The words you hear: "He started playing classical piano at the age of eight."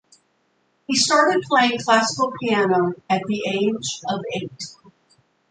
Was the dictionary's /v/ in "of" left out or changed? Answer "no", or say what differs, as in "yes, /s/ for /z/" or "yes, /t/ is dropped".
no